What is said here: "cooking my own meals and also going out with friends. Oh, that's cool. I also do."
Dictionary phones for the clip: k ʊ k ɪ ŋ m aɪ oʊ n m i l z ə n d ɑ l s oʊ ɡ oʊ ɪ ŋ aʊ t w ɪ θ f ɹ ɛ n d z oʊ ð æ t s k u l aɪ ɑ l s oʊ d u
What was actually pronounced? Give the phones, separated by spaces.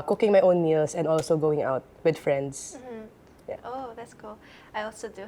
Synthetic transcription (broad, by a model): k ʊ k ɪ ŋ m aɪ oʊ n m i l s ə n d ɑ l s oʊ ɡ oʊ ɪ ŋ aʊ t w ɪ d f ɹ ɛ n d s oʊ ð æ t s k u l aɪ ɑ l s oʊ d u